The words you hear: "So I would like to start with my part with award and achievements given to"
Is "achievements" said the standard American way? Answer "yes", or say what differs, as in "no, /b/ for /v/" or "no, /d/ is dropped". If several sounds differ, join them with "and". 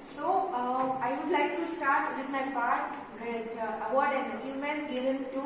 no, /v/ is dropped and /s/ is dropped